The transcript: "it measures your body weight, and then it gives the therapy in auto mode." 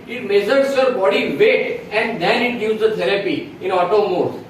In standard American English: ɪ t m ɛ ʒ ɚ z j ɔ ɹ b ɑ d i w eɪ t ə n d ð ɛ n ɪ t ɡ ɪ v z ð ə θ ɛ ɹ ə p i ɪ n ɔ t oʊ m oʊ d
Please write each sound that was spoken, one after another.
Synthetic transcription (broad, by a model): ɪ t m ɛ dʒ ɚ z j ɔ ɹ b ɑ d i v eɪ t ə n d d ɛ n ɪ t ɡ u z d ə t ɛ ɹ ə p i ɪ n ɔ t oʊ m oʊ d